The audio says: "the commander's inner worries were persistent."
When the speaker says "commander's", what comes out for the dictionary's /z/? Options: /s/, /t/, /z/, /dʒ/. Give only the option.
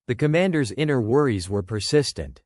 /z/